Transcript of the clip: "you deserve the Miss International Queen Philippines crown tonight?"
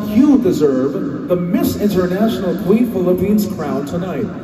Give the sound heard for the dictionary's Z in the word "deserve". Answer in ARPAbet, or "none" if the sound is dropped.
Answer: Z